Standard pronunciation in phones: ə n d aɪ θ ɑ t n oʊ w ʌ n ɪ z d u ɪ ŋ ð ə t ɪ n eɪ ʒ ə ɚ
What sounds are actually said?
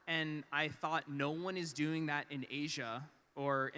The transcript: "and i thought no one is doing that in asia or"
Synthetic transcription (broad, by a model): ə n aɪ θ ɑ t n oʊ w ʌ n ɪ z d u ɪ ŋ ð ə t ɪ n eɪ ʒ ə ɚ